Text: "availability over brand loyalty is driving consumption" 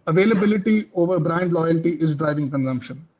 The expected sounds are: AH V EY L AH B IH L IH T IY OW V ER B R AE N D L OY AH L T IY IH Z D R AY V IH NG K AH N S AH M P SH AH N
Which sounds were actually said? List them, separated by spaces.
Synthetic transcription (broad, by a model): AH V EY L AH B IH L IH T IY OW V ER B R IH N D L OY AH L T IY IH Z D R AY V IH NG K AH N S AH M P SH AH N